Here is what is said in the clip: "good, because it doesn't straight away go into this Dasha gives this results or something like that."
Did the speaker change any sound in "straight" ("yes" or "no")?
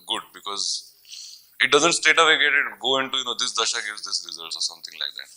yes